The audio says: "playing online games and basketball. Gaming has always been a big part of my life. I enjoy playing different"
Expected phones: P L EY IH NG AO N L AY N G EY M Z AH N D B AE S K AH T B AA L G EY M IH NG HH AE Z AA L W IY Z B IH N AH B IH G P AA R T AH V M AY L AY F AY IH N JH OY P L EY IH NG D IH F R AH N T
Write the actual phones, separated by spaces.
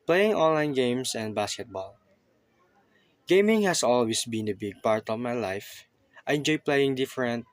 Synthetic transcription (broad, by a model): P L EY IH NG AO N L AY N G EY M S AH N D B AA S K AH T B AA L G EY M IH NG HH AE S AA L W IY S B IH N AH B IH G P AA R T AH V M AY L AY F AY IH N JH OY P L EY IH NG D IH F R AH N T